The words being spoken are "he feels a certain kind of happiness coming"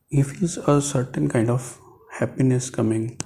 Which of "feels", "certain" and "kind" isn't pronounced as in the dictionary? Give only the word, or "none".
feels